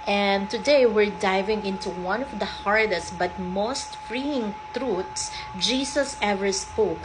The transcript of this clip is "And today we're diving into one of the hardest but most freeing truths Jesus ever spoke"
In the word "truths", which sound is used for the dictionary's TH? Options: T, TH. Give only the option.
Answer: T